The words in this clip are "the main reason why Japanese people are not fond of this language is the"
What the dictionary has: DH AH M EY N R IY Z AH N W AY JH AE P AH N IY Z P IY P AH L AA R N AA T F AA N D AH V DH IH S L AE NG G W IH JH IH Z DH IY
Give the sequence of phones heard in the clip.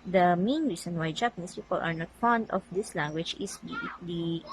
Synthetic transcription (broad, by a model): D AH M EY N R IY S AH N W AY JH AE P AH N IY S P IY P AH L AA R N AA T F AA N D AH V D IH S L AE NG G W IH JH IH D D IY